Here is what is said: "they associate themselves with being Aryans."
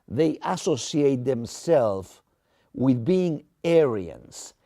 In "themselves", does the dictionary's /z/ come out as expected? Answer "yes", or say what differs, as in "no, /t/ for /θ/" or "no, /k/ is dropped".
no, /z/ is dropped